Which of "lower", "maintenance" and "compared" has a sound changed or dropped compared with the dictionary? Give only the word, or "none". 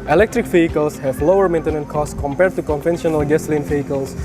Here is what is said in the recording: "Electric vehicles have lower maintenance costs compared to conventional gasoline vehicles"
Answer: maintenance